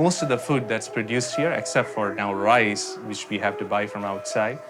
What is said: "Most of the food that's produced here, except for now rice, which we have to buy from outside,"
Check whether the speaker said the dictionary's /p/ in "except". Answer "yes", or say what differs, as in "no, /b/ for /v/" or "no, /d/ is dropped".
yes